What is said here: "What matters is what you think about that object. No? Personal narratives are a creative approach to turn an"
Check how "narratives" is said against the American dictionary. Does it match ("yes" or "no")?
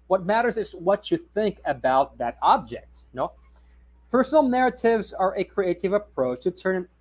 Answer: yes